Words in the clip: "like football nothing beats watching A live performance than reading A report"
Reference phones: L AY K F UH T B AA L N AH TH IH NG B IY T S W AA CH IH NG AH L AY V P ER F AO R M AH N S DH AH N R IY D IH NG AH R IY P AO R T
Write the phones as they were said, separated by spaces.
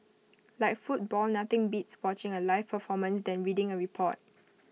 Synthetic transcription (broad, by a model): L AY K F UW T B AA L N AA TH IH NG B IY T S W AA CH IH NG AH L AY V P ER F AO M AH N S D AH N R IY D IH NG AH R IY P AO T